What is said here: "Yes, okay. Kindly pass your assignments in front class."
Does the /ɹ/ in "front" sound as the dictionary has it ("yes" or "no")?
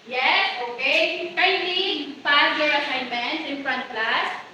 yes